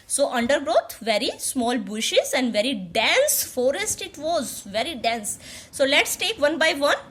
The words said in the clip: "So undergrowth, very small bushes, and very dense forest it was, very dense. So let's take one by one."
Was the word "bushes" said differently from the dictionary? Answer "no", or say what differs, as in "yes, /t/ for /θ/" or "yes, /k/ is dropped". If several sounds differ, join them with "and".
no